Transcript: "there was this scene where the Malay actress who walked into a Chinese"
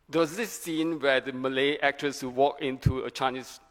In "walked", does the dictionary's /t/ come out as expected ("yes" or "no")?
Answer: no